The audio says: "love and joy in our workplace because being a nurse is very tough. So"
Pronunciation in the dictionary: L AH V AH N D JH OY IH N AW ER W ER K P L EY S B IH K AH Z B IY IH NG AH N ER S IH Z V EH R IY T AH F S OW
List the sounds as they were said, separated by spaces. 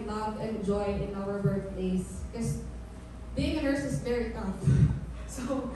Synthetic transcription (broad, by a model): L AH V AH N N JH OY IH N AW ER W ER P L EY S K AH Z B IY IH NG AH N ER S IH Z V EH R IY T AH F S OW